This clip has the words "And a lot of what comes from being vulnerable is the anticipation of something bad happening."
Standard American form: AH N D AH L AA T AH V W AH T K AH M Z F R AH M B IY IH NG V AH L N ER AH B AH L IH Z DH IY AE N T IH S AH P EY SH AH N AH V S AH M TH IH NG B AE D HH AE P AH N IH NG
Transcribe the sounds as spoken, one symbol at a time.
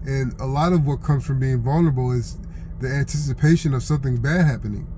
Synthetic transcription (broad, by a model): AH N AH L AA T AH V W AH T K AH M Z F R AH M B IY IH NG V AH L N ER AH B L IH Z DH IY AE N T IH S AH P EY SH AH N AH V S AH M TH IH NG B AE D HH AE P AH N IH NG